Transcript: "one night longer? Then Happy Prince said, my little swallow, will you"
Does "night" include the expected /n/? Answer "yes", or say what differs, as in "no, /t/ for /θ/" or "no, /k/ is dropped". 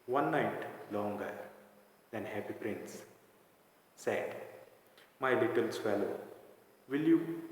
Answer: yes